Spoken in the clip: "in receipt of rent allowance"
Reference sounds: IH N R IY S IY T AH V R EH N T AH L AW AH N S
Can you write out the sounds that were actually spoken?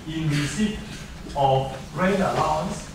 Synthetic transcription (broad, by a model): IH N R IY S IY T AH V R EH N AH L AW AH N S